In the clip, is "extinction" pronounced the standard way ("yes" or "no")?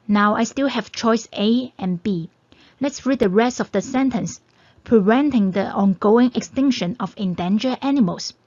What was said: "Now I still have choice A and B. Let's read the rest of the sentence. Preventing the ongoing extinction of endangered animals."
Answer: yes